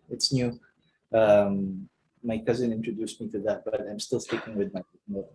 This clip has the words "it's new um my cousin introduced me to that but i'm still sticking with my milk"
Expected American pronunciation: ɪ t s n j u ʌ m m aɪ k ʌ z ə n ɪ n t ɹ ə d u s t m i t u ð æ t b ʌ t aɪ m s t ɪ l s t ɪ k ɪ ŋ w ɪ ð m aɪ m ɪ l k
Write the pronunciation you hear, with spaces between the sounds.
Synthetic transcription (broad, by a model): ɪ t s n j u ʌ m m aɪ k ʌ z ə n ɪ n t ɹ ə d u s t m i t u ð æ t b ʌ t aɪ m s t ɪ l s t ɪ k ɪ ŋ w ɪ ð m aɪ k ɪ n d